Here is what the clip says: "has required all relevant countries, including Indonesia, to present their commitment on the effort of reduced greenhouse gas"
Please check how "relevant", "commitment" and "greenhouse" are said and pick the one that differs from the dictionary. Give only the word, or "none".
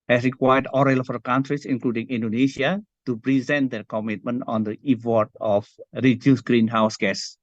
relevant